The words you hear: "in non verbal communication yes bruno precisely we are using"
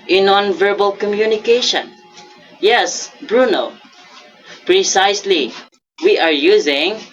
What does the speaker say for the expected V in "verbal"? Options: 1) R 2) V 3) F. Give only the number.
2